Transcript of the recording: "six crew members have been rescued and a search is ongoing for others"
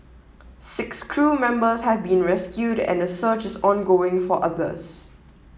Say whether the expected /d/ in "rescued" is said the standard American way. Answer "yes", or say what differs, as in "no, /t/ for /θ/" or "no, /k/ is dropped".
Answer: yes